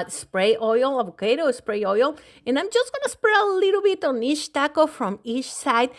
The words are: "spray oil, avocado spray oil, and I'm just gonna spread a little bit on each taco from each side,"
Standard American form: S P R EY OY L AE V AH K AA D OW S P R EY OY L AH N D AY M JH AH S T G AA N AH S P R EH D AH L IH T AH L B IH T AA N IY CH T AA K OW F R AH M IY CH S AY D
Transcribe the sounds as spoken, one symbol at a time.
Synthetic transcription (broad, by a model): S P R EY OY L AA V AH K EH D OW S P R EY OY L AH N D AY M JH AH S T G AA N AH S P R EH AH L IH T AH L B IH T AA N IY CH T AA K OW F R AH M IY CH S AY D